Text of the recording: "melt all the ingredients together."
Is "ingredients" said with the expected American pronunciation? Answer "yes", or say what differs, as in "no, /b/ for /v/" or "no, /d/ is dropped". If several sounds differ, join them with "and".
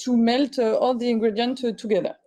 no, /s/ is dropped